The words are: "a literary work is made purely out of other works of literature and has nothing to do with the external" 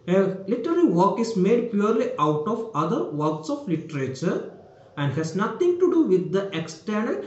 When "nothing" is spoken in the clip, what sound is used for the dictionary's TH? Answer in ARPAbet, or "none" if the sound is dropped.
T